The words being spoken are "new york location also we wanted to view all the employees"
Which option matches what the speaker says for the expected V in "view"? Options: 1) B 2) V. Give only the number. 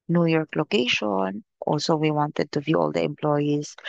2